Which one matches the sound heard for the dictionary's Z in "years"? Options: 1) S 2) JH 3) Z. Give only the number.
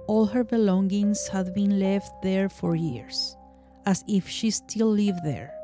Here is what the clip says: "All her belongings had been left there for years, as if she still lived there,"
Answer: 1